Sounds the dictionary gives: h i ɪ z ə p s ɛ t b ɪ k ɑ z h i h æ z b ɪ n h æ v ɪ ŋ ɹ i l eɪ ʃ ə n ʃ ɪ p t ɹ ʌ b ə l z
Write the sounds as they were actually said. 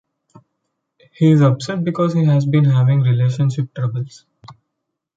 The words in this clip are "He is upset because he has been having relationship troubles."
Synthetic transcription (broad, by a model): h i ɪ z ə b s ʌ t b ɪ k ɑ z h i h æ z b ɪ n h æ v ɪ ŋ ɹ i l eɪ ʃ ə n ʃ ɪ p t ɹ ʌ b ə l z